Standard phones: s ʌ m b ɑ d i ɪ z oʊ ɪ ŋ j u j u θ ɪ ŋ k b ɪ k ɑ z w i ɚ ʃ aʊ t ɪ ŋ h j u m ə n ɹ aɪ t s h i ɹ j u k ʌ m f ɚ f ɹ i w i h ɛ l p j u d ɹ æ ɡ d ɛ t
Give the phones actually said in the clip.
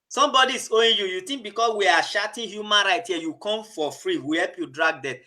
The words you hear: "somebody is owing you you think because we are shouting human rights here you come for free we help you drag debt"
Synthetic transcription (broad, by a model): s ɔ m b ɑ d i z oʊ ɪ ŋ j u j u t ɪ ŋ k b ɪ k ɑ s w i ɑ ʃ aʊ t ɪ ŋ h j u m ə n ɹ aɪ t h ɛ j u k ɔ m f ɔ f ɹ i w i h ɛ l p j u d ɹ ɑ ɡ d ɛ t